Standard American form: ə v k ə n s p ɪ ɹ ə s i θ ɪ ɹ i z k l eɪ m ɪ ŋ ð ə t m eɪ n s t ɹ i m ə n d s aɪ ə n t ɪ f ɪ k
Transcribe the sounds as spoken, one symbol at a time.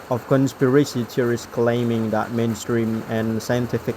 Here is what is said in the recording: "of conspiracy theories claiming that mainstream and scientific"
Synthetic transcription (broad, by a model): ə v k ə n s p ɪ ɹ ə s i t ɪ ɹ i s k l eɪ m ɪ ŋ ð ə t m eɪ n s t ɹ i m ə n s aɪ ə n t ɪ f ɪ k